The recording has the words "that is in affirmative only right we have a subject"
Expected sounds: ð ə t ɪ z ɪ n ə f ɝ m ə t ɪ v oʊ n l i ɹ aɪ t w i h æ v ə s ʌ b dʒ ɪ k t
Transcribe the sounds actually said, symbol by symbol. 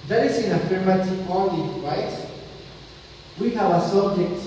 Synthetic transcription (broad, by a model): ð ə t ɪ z ɪ n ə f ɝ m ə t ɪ oʊ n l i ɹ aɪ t w i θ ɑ w ə s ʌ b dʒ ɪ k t